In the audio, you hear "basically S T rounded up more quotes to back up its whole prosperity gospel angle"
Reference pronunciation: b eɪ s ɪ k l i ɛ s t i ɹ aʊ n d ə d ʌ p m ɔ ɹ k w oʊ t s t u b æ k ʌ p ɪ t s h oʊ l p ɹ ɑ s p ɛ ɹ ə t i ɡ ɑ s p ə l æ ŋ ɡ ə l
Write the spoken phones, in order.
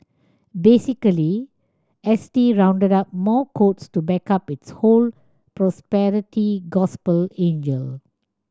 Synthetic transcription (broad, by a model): b eɪ s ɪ k l i ɛ s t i ɹ aʊ n d ə d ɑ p m ɔ k oʊ t s t u b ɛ k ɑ p ɪ t s h oʊ l p ɹ ɑ s p ɛ ɹ ə t i ɡ ɑ s p ə l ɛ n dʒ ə l